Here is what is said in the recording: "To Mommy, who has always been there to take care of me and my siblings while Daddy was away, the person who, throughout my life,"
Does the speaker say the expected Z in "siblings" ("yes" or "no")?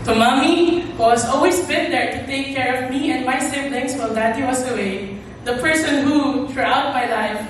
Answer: no